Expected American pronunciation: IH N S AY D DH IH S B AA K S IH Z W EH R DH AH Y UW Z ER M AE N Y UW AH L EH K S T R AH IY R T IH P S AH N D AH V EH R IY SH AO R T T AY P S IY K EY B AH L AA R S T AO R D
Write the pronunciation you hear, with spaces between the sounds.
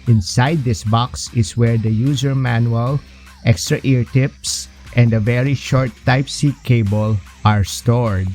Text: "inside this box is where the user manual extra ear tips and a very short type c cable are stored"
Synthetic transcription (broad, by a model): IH N S AY D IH S B AA K S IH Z W EH R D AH Y UW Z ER M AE N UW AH L EH K S T R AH IY R T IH P S AH N D AH V EH R IY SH AO R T T AY P S IY K EY B AH L AA R S T AO R D